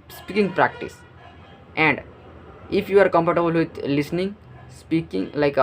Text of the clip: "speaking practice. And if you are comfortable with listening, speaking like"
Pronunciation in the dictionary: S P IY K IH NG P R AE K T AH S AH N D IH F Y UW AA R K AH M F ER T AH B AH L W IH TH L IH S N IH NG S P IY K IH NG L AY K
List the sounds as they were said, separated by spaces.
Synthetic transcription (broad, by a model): S P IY K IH NG P R AE K T AH S AH N D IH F Y UW AA R K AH M P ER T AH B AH L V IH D L IH S N IH NG S P IY K IH NG L AY K